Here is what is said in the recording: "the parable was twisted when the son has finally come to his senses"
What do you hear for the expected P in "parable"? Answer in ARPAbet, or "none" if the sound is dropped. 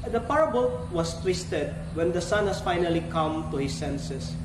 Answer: P